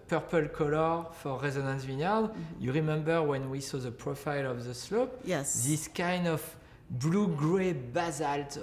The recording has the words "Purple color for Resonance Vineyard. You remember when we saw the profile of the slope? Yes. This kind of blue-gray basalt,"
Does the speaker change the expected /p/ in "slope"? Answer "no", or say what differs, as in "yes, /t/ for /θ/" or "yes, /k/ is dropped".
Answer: no